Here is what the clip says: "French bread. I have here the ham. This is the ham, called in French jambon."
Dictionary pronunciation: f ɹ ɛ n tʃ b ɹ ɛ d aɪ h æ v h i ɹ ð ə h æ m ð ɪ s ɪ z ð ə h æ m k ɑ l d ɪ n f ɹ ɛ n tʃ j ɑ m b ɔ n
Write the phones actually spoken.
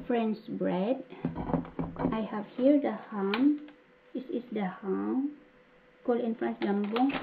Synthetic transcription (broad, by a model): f ɹ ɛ n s b ɹ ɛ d aɪ h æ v h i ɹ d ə h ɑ m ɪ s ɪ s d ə h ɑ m k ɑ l ɪ n f ɹ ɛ n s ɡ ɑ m b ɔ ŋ